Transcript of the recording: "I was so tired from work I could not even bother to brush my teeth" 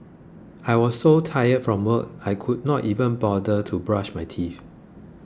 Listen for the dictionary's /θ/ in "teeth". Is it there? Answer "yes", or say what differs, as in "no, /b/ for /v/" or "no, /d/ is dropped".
no, /f/ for /θ/